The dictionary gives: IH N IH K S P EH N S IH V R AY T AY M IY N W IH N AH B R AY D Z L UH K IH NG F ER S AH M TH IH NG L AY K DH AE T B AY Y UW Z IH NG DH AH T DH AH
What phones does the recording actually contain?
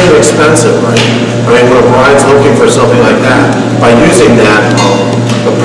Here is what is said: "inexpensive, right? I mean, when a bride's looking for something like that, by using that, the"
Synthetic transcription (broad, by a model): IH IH K S P EH N S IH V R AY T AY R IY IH L AH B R AY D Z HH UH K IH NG F ER S AH M TH IH NG L AY K DH AE T B AY Y UW Z IH NG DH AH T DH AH